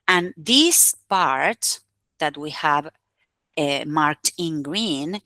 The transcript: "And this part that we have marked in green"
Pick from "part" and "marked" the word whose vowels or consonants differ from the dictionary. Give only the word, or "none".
none